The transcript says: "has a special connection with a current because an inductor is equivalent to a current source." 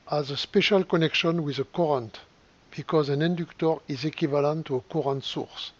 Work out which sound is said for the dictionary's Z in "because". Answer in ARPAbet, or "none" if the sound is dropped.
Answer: Z